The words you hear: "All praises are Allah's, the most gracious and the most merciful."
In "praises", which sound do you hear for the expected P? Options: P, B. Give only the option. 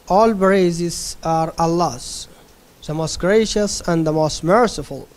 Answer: B